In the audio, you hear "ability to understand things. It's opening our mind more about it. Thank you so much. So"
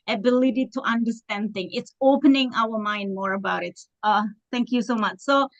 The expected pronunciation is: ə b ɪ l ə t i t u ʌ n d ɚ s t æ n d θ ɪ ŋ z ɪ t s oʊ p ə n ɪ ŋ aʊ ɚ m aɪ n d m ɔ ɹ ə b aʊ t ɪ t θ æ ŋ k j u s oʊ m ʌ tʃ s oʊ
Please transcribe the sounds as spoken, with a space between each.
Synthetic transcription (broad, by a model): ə b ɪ l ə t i t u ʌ n d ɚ s t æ n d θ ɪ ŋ ɪ t s oʊ p ə n ɪ ŋ aʊ ɚ m aɪ n d m ɔ ɹ ə b aʊ t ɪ t θ æ ŋ k j u s oʊ m ʌ tʃ s oʊ